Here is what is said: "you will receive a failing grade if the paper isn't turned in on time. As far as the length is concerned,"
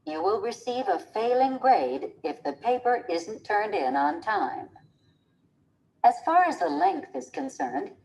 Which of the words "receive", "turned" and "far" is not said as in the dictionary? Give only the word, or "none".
none